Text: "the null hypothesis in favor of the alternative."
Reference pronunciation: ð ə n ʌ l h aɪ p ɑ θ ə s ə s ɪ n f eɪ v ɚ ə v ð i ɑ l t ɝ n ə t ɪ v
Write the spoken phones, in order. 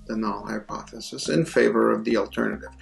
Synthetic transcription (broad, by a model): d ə n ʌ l h aɪ p ɑ θ ə s ə s ɪ n f eɪ v ɚ ə v ð i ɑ l t ɝ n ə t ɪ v